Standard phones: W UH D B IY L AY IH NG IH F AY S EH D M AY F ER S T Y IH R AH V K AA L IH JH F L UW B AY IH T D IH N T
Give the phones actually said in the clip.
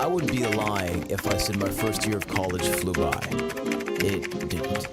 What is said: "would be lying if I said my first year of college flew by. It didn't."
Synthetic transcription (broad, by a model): W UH D B IY L AY IH NG IH F AY S EH D M AY F ER S T Y IH R AH V K AA L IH ZH F L UW B AY IH T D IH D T